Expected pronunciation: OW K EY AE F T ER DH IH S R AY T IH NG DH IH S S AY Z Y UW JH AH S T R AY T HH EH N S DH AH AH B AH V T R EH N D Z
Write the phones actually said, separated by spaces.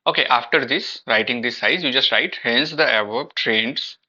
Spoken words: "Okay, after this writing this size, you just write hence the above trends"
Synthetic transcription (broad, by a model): OW K EY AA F T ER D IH S R AY T IH NG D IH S S AY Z Y UW JH AH S T R AY T HH EH N S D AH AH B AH B T R EH N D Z